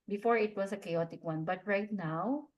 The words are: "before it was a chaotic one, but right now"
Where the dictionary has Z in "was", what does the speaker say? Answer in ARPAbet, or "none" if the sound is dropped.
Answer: S